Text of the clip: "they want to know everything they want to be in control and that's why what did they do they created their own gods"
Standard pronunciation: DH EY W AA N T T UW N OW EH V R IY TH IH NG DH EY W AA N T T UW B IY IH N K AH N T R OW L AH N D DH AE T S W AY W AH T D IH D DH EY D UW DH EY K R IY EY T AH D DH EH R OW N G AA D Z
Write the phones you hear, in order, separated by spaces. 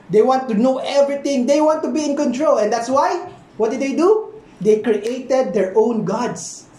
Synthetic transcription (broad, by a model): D EY W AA N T T UW N OW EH V R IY T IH NG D EY W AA N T T UW B IY IH N K AH N T R OW L AH N D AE T S W AY W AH T D IH D EY D UW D EY K R IY EY T AH D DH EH R OW N G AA D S